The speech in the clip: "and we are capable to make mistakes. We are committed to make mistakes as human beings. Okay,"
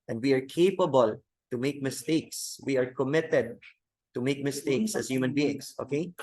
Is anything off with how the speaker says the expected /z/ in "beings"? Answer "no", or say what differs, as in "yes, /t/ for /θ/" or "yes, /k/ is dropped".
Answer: yes, /s/ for /z/